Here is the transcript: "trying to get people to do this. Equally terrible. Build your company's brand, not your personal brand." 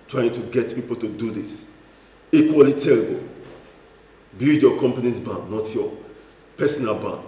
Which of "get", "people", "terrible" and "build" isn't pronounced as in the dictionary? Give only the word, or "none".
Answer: build